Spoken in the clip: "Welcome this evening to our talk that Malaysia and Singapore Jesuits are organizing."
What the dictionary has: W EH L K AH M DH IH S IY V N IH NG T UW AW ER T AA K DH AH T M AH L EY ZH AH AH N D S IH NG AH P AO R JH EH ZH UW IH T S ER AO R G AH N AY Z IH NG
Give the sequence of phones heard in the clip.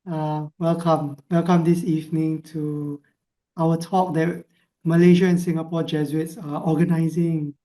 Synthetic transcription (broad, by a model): W EH L K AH M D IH S IY V N IH NG T UW AW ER T AA K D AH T M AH L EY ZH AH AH N S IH NG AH P AO JH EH Z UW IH T S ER AO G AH N AY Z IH NG